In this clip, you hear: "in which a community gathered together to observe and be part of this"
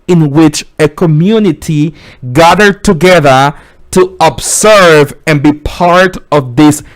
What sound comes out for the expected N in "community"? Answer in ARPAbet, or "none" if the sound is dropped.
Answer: N